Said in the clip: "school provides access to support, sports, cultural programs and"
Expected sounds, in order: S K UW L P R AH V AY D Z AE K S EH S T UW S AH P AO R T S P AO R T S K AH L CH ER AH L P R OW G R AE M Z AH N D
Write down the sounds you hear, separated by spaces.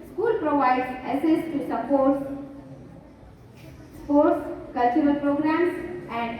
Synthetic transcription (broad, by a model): S K UW L P R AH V AY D EH S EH S T UW S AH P AO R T S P AO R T S K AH L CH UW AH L P R OW G R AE M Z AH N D